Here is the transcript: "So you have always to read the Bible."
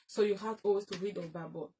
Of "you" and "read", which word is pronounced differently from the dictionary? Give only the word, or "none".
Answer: none